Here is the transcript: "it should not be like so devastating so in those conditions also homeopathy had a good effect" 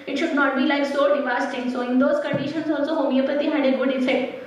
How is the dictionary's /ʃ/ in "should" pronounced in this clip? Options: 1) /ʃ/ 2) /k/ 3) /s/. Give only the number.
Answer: 1